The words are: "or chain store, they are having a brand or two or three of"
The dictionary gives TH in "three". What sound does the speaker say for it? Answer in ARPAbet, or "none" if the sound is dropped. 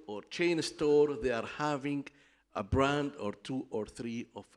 TH